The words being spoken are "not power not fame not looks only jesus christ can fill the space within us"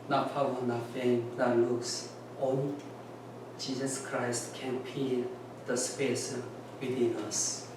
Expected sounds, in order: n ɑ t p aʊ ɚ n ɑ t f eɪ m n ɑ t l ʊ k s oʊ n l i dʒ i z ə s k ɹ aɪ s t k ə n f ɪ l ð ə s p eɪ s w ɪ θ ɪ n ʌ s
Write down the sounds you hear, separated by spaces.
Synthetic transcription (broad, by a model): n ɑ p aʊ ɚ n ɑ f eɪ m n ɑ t l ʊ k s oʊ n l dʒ i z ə s k ɹ aɪ s t k ə n p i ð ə s p eɪ s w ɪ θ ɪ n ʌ s